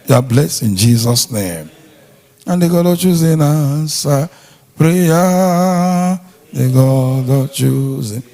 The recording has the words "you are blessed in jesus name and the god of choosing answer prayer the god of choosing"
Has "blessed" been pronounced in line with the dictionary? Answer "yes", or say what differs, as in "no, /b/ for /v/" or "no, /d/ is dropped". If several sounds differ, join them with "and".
no, /t/ is dropped